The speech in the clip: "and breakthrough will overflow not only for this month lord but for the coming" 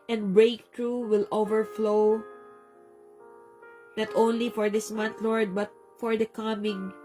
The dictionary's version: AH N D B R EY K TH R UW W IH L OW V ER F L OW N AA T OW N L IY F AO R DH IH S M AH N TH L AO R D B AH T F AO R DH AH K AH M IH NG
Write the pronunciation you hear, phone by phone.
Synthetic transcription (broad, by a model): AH N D B R EY K T R UW W IH L OW V ER F L OW N AA T OW N L IY F AO R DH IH S M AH N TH L AO R D B AH T F AO R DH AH K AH M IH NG